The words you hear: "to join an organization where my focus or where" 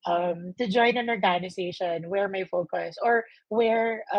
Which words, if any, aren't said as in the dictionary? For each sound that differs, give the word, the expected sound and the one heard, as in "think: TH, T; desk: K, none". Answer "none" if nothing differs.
organization: Z, S